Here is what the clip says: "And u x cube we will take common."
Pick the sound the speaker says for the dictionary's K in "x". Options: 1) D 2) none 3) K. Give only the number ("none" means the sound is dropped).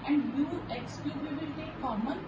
3